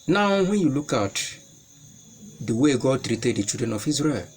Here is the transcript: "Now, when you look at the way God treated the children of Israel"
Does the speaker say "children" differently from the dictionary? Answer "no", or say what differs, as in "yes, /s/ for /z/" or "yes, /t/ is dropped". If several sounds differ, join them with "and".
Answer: yes, /l/ is dropped